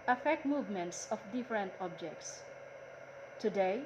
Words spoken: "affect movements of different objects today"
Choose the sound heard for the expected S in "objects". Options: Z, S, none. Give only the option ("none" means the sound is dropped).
S